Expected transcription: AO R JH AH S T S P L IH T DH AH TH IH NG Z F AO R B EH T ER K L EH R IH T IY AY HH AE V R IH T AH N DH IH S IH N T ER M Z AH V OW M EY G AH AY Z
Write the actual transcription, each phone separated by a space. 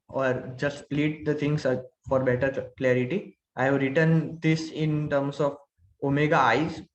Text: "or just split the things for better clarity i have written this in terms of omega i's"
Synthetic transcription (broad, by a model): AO R JH AH S T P L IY T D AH T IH NG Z F AO R B EH T ER K L EH R IH T IY AY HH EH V R IH T AH N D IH S IH N T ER M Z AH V OW M EY G AH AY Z